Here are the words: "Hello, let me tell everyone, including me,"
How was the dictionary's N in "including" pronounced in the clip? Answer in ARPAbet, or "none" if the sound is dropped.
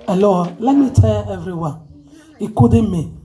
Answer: none